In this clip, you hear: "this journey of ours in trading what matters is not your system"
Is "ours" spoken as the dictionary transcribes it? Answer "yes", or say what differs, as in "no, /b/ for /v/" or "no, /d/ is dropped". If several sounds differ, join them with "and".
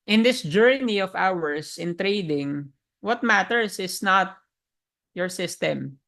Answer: no, /s/ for /z/